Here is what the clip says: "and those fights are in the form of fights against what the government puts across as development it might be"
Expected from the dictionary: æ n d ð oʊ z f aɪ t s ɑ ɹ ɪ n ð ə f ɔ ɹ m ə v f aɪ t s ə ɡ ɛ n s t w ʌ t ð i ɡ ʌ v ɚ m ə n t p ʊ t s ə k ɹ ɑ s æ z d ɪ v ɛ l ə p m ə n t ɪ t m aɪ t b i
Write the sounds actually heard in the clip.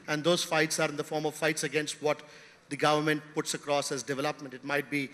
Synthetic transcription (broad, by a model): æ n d oʊ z f aɪ t s ɑ ɹ ɪ n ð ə f ɔ ɹ m ə v f aɪ t s ə ɡ ɛ n s t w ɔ t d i ɡ ʌ v ɚ m ə n t p ʊ t s ə k ɹ ɑ s æ z d ɪ v ɛ l ə p m ə n t ɪ t m aɪ t b i